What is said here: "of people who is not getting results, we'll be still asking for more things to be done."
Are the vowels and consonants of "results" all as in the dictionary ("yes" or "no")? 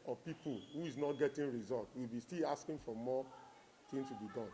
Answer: no